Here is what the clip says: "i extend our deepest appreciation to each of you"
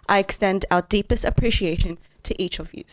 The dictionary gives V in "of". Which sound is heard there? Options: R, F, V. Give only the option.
V